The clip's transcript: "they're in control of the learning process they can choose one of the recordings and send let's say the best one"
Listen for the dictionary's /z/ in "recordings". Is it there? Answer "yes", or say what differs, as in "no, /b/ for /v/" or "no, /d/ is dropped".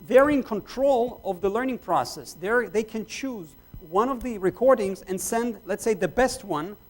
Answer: yes